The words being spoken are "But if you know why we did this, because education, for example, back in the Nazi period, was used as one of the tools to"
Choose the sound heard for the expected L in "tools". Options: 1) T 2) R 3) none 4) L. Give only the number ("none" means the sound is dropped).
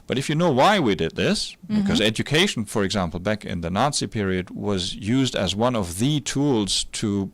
4